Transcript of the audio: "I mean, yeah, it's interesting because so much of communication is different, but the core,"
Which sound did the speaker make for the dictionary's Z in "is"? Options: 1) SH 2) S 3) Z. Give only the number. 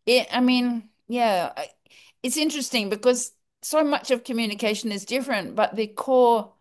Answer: 3